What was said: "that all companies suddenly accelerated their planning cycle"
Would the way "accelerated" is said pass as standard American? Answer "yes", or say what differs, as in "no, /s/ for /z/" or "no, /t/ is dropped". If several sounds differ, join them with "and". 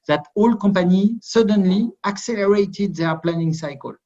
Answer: yes